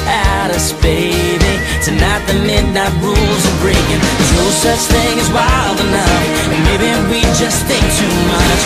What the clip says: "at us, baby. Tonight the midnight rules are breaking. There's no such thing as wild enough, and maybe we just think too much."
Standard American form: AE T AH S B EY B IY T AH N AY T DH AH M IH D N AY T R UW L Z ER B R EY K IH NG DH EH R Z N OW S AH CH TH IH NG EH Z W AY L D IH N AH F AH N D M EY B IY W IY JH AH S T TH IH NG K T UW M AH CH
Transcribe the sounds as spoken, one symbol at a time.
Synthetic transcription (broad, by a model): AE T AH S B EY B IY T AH N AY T DH AH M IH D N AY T R UW L Z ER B R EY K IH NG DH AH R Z N OW S AH CH TH IH NG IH Z W AY L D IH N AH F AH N M EY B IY W IY JH AH S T TH IH NG K T UW M AH CH